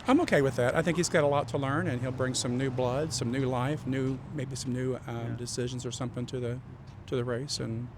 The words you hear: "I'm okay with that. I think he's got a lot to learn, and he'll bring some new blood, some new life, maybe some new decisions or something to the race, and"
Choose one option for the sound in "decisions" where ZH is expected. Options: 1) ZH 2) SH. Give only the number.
1